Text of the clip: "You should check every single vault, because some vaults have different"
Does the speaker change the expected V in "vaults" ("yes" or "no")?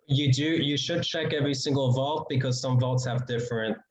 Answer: no